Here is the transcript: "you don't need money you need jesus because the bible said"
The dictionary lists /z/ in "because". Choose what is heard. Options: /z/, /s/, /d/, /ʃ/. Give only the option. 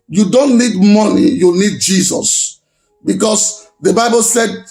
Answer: /s/